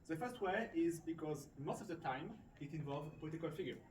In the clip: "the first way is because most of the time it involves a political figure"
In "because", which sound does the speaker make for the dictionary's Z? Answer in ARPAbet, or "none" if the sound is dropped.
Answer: Z